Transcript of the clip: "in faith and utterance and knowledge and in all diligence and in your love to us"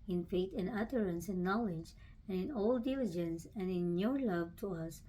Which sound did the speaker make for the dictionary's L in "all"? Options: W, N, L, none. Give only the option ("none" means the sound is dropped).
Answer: L